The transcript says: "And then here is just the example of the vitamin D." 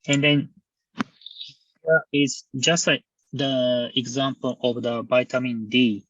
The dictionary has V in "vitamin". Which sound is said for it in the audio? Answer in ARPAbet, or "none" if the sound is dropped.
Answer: B